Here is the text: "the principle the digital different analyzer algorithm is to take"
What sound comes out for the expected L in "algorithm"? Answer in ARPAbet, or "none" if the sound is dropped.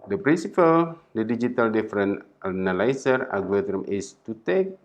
none